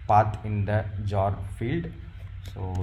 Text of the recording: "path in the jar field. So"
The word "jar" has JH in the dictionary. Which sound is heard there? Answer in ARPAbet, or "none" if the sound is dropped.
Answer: JH